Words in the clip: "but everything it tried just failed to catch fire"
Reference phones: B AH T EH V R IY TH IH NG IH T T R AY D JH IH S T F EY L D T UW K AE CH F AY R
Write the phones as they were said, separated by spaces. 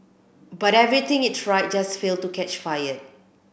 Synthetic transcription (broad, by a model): B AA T EH V R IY T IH NG IH T S R AY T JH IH S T F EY L T UW K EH CH F AY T